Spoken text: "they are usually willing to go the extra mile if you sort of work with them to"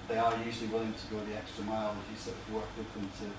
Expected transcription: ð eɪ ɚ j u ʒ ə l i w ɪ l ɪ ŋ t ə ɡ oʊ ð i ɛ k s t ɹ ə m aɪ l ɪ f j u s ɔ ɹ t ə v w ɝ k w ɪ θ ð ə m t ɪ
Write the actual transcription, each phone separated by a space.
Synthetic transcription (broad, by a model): ð eɪ ɚ j u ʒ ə l i w ɪ l ɪ ŋ t ə ɡ oʊ ð i ɛ k s t ɹ ə m aɪ l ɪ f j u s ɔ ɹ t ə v w ɝ k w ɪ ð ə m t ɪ